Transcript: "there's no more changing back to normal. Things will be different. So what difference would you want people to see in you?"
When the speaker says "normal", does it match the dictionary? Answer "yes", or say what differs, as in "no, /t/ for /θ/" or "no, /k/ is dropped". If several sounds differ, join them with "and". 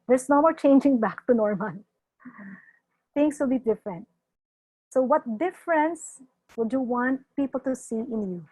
no, /n/ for /l/